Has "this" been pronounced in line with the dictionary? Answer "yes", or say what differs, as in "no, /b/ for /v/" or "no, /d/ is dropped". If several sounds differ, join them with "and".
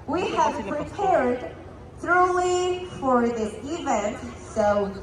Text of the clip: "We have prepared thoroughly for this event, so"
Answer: no, /s/ is dropped